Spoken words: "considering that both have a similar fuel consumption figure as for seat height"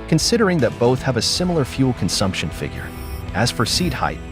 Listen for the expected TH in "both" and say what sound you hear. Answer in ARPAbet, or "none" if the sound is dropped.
TH